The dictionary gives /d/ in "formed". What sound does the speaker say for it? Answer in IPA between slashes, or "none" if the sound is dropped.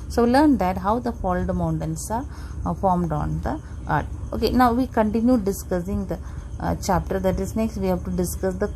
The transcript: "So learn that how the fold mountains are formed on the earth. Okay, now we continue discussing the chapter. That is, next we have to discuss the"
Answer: /d/